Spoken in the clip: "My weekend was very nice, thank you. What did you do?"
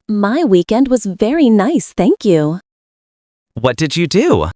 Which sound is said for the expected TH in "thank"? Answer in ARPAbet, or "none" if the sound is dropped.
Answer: TH